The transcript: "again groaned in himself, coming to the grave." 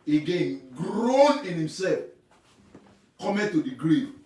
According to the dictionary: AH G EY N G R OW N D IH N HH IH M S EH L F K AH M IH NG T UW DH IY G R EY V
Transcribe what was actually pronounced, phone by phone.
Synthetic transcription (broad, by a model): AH G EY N G R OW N IH N HH IH M S EH L F K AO M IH T UW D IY G R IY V